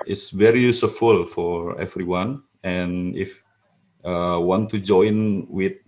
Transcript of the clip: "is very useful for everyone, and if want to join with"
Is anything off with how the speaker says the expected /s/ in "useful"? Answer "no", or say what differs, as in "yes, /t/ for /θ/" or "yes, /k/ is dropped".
yes, /s/ is dropped